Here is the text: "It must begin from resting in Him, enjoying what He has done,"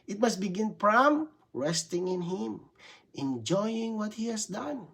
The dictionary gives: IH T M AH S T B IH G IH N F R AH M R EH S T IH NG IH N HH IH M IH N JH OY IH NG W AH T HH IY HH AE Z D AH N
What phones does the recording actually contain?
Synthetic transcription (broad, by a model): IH T M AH S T B IH G IH N P R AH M R EH S T IH NG IH N HH IH M IH N JH OY IH NG W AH T HH IY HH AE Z D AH N